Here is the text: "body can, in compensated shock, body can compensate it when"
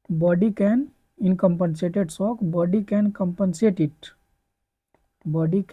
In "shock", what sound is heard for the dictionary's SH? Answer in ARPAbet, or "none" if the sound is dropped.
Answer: S